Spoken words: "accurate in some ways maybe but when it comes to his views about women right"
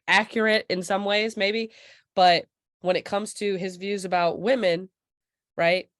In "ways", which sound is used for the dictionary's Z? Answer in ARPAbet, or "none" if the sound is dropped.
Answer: Z